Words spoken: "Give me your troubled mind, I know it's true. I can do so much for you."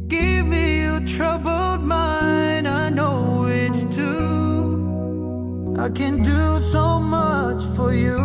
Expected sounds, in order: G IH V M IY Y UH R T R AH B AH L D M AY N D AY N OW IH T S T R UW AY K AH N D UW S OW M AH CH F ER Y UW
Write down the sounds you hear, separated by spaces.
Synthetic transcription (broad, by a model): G IH V M IY Y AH T R AH B AH L D M AY N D AY N OW IH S T UW AY K AH N D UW S OW M AH CH F ER Y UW